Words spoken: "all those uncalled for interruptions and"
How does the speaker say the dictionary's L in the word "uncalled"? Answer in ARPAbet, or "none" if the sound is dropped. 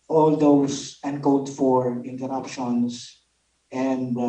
none